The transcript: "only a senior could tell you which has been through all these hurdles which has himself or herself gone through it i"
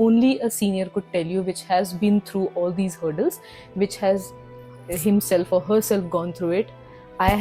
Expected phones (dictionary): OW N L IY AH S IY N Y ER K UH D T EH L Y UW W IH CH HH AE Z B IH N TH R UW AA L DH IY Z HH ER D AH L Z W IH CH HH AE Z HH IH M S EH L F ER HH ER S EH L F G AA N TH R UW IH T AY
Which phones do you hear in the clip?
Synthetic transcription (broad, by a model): OW N L IY AH S IY N Y ER K UH D T EH L Y UW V IH CH HH AE Z B IH N T R UW AA L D IY Z HH ER D AH L Z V IH CH HH AE Z HH IH M S EH L F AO HH ER S EH L F G AA N T R UW IH T AY